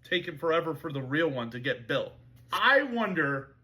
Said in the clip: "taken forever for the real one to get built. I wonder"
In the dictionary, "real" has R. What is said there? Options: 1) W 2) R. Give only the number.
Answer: 2